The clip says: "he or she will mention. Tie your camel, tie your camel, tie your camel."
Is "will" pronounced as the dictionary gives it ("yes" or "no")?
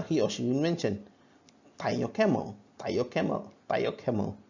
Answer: no